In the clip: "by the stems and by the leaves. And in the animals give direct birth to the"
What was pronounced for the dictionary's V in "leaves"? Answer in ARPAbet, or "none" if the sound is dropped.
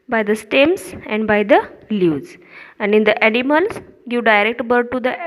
none